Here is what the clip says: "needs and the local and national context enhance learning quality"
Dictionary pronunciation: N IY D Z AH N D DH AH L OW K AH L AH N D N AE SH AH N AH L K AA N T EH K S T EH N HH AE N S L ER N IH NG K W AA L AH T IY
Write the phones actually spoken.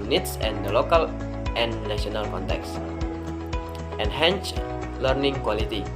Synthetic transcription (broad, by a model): N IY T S AH N D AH L OW K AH L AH N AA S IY AH N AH L K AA N T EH K S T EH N HH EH N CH L ER N IH NG K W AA L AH T IY